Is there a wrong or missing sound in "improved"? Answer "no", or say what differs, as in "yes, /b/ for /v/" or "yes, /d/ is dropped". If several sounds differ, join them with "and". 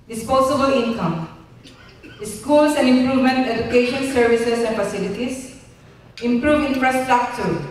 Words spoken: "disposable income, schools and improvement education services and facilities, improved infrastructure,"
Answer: yes, /d/ is dropped